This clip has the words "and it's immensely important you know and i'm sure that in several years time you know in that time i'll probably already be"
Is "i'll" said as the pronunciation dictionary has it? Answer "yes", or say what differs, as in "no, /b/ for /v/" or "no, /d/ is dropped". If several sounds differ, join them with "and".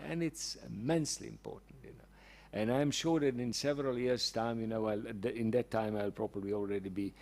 yes